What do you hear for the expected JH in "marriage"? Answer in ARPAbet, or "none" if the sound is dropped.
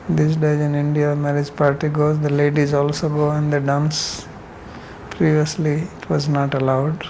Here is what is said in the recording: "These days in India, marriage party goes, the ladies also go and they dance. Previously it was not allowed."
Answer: JH